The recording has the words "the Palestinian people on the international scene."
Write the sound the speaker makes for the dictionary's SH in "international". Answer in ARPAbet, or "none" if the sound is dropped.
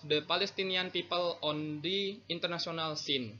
S